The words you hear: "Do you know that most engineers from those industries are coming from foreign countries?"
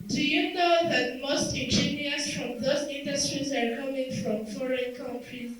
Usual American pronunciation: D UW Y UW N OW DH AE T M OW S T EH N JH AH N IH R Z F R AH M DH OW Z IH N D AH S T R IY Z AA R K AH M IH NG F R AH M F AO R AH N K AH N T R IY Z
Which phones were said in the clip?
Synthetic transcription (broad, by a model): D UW Y UW N OW DH AE T M OW S T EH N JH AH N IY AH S F R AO M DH OW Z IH N D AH S T R IY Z AA R K AH M IH NG F R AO M F AO R AH N K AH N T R IY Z